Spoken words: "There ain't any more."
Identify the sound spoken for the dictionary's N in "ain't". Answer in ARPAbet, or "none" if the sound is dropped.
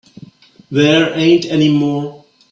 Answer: N